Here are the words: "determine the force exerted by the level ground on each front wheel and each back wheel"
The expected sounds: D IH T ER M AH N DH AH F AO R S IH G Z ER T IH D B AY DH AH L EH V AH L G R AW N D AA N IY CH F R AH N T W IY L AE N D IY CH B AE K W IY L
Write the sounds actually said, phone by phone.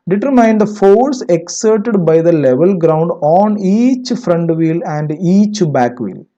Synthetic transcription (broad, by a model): D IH T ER M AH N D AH F AO R S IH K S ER T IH D B AY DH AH L EH V AH L G R AW N D AA N IY CH F R AH N T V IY L AE N D IY CH B AE K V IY L